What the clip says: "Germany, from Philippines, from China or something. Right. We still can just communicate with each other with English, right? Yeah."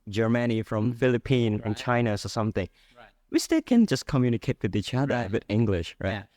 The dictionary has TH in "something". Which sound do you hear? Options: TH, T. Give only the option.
TH